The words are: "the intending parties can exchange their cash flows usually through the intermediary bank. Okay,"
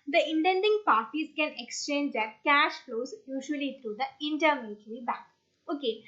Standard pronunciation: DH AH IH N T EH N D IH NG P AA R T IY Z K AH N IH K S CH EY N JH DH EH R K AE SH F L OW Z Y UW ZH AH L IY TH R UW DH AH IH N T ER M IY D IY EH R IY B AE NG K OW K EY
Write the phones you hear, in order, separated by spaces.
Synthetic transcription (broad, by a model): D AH IH N T EH N D IH NG P AA R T IY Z K AH N IH K S CH EY N JH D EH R K AE SH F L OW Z Y UW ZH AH L IY T R UW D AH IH N T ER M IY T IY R IY B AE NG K OW K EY